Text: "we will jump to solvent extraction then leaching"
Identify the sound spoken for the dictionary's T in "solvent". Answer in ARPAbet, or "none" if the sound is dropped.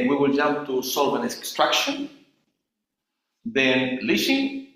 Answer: none